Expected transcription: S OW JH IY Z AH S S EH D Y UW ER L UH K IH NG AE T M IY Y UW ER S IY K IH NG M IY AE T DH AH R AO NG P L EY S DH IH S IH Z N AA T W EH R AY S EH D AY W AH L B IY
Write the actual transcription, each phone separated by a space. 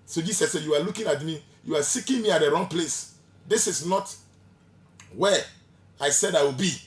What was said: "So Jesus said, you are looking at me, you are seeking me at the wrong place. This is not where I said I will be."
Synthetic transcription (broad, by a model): S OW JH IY S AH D S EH Y UW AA L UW K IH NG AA T M IY Y UW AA S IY K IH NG M IY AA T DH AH R AO NG P L EY S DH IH S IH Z N AA T W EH AY S EH D AY W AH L B IY